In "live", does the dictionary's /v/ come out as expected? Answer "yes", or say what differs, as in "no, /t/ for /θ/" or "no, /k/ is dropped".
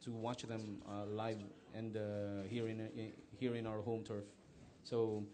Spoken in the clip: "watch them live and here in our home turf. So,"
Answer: yes